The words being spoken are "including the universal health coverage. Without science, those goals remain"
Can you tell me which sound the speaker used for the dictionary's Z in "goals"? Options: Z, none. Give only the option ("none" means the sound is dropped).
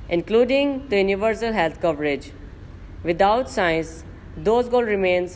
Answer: none